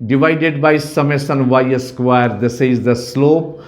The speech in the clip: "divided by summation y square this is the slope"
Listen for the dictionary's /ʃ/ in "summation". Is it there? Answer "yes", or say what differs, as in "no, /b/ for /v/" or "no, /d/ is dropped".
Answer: no, /s/ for /ʃ/